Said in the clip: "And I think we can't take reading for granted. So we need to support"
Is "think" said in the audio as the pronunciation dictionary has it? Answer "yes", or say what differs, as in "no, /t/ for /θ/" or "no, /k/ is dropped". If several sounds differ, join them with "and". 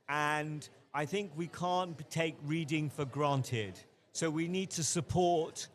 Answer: yes